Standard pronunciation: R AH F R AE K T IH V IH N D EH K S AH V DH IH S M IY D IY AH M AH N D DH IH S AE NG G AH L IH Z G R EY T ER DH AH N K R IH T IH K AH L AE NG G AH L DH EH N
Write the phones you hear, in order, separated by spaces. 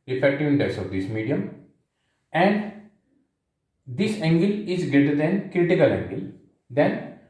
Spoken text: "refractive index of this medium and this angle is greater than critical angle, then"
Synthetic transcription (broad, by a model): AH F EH K T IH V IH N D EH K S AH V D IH S M IY D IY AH M AH N D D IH S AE NG G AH L IH Z G R EY T ER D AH N K R IH T IH K AH L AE NG G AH L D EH N